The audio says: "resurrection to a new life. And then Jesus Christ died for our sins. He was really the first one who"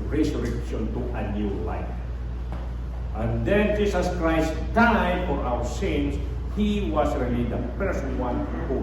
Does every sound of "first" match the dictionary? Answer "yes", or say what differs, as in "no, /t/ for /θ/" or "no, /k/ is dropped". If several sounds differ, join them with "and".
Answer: no, /p/ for /f/